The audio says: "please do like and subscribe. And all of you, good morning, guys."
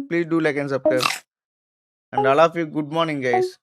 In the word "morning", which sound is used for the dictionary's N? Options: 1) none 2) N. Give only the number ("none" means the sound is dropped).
2